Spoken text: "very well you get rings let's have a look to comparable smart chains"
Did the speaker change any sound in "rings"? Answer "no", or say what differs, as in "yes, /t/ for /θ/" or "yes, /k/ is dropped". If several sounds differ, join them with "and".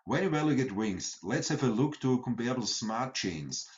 yes, /w/ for /ɹ/